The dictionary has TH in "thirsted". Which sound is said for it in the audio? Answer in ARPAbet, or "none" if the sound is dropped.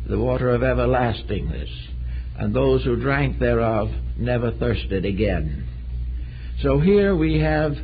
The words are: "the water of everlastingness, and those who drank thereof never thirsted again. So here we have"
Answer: TH